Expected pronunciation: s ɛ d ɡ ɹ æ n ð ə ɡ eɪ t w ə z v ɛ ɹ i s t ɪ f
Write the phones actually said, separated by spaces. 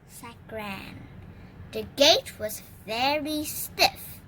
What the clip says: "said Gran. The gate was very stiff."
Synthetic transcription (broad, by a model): s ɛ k ɡ ɹ æ n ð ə ɡ eɪ t w ə z v ɛ ɹ i s t ɪ f